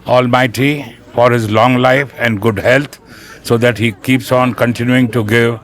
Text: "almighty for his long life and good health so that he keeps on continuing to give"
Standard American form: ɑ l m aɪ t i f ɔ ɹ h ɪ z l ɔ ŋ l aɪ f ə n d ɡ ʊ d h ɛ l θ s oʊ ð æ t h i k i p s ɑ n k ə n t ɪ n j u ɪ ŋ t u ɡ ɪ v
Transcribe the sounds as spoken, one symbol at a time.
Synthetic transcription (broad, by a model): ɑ l m aɪ t i f ɔ ɹ h ɪ z l ɔ ŋ l aɪ f ə n d ɡ ʊ d h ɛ l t s oʊ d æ t h i k i p s ɑ n k ə n t ɪ n j u ɪ ŋ t u ɡ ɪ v